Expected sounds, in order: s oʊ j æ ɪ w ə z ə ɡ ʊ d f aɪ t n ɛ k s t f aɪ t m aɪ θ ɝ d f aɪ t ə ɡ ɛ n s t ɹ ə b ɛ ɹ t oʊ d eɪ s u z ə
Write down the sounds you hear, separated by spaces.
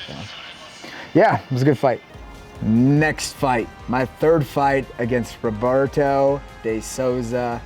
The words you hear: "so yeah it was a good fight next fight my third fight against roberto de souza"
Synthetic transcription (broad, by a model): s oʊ j æ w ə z ə ɡ ʊ d f aɪ t n ɛ k s t f aɪ t m aɪ θ ɝ d f aɪ t ə ɡ ɛ n s t ɹ ə b ɛ ɹ t oʊ d eɪ s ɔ z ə